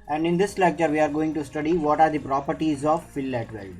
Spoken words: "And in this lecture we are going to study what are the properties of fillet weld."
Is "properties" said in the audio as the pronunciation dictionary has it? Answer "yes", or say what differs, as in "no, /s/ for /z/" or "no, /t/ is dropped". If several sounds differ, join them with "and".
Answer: yes